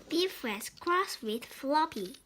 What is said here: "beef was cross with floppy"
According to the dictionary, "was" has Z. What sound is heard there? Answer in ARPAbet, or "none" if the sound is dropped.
S